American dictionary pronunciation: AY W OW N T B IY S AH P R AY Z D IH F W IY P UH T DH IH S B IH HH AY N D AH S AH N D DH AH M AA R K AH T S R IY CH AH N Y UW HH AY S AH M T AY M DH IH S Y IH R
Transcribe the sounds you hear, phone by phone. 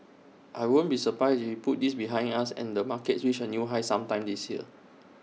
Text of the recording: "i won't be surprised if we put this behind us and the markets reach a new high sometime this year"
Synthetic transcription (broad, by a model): AY W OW N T B IY S AH P R AY S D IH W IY P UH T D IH S B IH HH AY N AA S AH N D AH M AA K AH T S W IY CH AH N Y UW HH AY S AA M T AY M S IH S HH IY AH